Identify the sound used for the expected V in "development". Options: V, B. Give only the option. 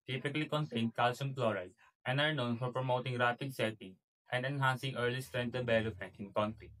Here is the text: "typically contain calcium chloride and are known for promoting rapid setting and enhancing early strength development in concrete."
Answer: B